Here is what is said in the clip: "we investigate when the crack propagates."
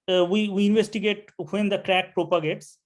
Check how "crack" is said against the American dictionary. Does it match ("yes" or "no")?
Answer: yes